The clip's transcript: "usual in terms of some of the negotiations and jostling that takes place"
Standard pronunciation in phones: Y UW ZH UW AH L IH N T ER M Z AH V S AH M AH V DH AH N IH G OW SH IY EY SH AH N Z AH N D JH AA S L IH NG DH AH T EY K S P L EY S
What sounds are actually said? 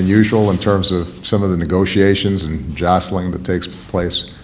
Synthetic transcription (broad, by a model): Y UW ZH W L IH N T ER M Z AH V S AH M AH V DH AH N IH G OW SH IY EY SH AH N Z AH N JH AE S L IH NG DH AH T EY K S P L EY S